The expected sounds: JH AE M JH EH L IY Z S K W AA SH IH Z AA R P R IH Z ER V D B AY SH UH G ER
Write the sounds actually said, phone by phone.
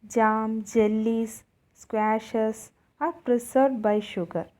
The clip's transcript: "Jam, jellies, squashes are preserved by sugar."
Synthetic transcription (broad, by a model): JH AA M JH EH L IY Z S K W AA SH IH S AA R P R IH S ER D B AY SH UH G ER